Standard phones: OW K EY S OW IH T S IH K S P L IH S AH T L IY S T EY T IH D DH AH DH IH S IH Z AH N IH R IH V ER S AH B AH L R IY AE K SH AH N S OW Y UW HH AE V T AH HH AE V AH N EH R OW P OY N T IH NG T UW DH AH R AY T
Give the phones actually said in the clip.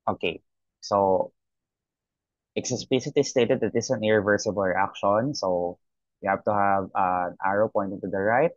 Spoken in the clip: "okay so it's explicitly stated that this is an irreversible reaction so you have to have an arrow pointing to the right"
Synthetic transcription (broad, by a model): OW K EY S OW IH T S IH S P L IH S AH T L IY S T EY T IH D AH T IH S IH AH N IH R IH V ER S AH B AH L R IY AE K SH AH N S OW Y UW HH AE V T AH HH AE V AH N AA R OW P OY N T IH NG T UW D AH R AY T